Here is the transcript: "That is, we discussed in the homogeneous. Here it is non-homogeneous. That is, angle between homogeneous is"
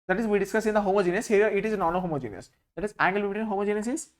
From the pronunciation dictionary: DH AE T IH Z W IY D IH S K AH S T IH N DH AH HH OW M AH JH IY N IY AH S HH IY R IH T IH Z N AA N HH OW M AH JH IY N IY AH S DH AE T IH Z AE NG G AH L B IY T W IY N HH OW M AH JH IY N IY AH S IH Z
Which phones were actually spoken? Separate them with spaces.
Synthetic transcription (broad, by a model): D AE T IH Z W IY D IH S K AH S IH N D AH HH OW M AH JH IY N IY AH S HH IY R IH T IH Z N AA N HH OW M AH JH IY N IY AH S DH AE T IH Z AE NG G AH L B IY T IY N HH OW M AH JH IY N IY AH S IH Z